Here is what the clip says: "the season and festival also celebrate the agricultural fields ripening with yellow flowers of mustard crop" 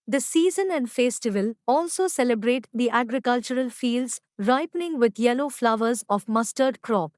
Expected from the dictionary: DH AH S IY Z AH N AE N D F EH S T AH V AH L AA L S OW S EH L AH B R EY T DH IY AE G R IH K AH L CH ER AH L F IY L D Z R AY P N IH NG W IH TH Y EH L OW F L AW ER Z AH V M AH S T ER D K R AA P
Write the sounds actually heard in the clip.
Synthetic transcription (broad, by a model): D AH S IY Z AH N AE N D F EH S T AH V AH L AA L S OW S EH L AH B R EY T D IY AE G R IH K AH L CH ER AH L F IY L D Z R AY P N IH NG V IH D Y EH L OW F L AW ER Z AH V M AH S T ER D K R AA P